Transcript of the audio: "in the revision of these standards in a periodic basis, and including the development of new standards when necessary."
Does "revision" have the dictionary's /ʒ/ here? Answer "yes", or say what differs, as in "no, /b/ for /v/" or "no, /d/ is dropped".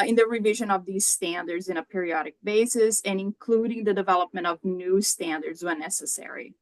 yes